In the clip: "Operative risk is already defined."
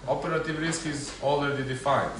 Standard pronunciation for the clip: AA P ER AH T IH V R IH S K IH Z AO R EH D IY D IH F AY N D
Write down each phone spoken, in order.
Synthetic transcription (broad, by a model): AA P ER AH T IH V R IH S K IH Z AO L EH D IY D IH F AY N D